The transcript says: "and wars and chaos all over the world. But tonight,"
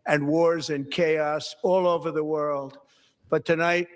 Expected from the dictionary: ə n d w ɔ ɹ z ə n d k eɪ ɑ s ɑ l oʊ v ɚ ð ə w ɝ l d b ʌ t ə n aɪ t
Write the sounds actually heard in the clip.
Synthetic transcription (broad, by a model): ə n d w ɔ ɹ z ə n k eɪ ɑ s ɑ l oʊ v ɚ ð ə w ɝ l d b ʌ t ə n aɪ t